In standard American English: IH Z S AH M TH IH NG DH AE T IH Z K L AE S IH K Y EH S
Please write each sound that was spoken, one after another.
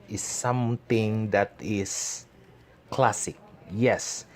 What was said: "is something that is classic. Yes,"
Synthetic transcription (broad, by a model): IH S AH M T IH NG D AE T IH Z K L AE S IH K Y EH S